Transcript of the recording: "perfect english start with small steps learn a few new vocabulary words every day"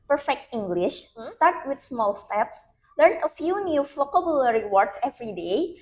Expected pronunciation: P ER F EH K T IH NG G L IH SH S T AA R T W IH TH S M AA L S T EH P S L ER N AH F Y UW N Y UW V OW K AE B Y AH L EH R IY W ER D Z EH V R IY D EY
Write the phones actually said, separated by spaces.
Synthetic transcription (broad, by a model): P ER F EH K T IH NG G L IH SH S T AA R T W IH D S M AA L S T EH P S L ER N AH F Y UW N Y UW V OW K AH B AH L R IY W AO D S EH V R IY D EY